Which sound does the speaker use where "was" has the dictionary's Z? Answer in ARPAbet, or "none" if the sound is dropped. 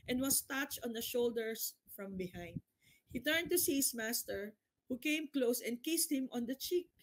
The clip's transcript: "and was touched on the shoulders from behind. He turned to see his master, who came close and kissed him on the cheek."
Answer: S